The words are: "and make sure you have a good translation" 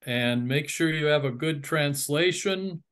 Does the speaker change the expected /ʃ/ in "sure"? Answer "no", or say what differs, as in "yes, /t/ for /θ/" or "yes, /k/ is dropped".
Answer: no